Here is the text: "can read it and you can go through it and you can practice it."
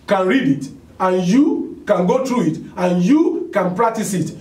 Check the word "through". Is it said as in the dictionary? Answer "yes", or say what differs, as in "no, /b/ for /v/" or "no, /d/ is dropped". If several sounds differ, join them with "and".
no, /t/ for /θ/